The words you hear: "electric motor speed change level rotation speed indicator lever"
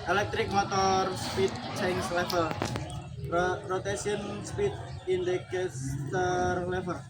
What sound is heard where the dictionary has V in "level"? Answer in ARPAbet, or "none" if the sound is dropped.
F